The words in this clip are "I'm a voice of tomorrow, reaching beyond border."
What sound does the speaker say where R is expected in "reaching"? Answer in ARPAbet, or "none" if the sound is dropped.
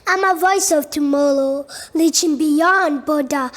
L